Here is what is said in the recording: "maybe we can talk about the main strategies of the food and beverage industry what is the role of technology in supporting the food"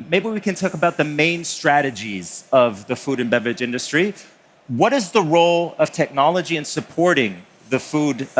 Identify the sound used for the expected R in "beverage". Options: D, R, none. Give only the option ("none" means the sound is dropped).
none